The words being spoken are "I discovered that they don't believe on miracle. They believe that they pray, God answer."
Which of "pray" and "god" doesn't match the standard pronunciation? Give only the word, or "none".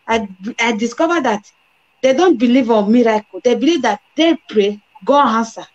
god